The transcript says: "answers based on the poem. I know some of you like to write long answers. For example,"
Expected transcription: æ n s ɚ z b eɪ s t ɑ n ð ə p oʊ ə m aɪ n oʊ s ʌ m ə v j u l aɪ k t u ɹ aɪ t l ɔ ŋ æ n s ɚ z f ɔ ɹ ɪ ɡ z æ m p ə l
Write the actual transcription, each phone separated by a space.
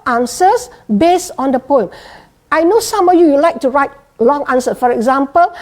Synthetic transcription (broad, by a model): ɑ n s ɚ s b eɪ s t ɑ n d ə p oʊ ə m aɪ n oʊ s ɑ m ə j j u l aɪ k t u ɹ aɪ t l ɔ ŋ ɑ n s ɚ f ɔ ɹ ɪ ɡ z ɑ m p ə l